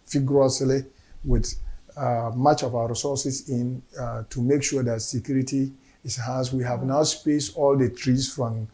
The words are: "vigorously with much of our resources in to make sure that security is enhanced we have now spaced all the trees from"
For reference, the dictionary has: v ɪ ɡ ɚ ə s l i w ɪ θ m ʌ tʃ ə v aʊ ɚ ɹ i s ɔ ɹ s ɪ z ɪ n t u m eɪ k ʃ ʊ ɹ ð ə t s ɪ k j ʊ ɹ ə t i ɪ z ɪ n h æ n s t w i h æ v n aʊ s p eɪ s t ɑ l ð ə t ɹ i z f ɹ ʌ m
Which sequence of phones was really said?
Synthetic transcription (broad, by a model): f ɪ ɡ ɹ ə s l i w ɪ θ m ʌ tʃ ə v aʊ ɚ ɹ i s ɔ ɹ s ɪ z ɪ n t u m eɪ k ʃ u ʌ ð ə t s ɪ k j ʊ ɹ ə t i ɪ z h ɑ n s w i h æ v n aʊ s p eɪ s t ɑ l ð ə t ɹ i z f ɹ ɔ m